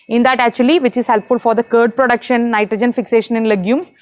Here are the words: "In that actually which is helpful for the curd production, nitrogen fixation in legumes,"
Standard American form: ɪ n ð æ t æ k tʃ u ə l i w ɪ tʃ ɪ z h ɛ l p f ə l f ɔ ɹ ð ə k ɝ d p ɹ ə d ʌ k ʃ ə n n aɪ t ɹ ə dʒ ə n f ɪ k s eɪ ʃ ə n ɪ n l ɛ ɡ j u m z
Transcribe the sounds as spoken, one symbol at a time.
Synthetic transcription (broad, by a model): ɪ n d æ t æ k tʃ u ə l i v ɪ tʃ ɪ z h ɛ l p f ə l f ɔ ɹ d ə k ɝ d p ɹ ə d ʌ k ʃ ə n n aɪ t ɹ ə dʒ ə n f ɪ k s eɪ ʃ ə n ɪ n l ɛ ɡ j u m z